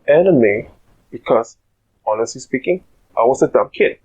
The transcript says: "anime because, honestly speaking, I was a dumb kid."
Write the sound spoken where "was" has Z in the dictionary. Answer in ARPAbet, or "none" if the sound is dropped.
S